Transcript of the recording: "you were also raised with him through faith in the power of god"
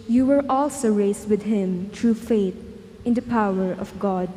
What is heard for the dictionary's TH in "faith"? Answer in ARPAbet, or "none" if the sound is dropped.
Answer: T